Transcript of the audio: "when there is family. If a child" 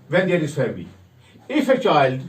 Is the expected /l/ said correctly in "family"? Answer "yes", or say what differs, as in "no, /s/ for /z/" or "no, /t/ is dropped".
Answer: no, /l/ is dropped